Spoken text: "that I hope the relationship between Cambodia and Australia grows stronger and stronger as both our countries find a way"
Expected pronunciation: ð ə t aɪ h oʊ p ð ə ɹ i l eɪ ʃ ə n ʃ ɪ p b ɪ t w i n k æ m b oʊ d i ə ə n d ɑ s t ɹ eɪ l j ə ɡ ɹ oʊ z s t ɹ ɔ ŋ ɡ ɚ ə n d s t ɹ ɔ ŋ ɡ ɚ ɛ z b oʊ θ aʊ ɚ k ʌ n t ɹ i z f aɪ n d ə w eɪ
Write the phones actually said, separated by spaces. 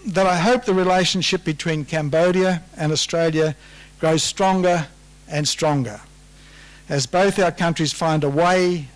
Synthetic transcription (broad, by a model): ð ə t aɪ h oʊ p ð ə ɹ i l eɪ ʃ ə n ʃ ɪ p b ɪ t w i n k æ m b oʊ d i ə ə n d ɑ s t ɹ eɪ l j ə ɡ ɹ oʊ z s t ɹ ɔ ŋ ɡ ɚ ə n s t ɹ ɔ ŋ ɡ ɚ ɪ z b oʊ θ aʊ ɚ k ʌ n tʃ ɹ i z f aɪ n d ə w eɪ